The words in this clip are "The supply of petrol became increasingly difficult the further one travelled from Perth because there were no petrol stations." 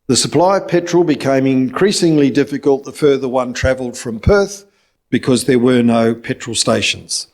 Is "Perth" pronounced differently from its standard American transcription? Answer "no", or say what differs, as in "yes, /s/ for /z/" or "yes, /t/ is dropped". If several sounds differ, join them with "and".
no